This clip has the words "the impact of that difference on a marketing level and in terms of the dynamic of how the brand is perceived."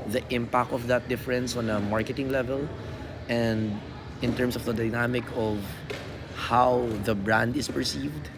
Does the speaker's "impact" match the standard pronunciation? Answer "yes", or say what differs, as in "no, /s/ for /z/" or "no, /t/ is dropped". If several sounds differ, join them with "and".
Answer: yes